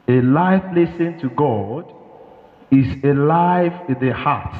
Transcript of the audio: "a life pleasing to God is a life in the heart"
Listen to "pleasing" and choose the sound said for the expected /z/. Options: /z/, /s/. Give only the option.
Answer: /s/